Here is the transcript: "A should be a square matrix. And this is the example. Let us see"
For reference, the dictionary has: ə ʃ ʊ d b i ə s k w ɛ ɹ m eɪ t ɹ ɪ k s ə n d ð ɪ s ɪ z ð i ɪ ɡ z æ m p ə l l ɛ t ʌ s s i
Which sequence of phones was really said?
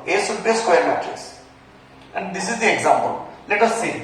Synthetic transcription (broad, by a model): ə s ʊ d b ə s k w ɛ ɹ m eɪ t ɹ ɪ s ə n d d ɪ s ɪ z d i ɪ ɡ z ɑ m p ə l l ɛ t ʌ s s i